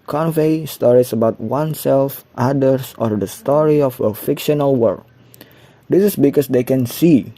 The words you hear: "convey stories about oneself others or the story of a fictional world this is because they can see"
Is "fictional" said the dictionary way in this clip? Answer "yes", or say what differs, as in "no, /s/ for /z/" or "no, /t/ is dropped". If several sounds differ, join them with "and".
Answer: yes